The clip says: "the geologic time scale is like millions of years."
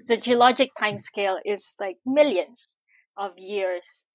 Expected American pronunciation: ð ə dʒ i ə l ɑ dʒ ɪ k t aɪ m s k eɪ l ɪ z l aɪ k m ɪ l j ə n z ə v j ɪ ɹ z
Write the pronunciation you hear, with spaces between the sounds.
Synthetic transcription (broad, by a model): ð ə dʒ i ə l ɑ dʒ ɪ k t aɪ m s k eɪ l ɪ z l aɪ k m ɪ l j ə n z ə v j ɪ ɹ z